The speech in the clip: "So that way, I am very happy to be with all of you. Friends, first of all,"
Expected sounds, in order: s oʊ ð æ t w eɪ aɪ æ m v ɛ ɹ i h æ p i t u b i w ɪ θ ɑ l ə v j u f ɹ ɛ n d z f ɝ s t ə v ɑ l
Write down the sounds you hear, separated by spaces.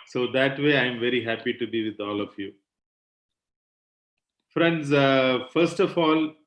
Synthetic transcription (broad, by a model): s oʊ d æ t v eɪ aɪ m v ɛ ɹ i h æ p i t u b i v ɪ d ɑ l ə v j u f ɹ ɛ n d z f ɝ s t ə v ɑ l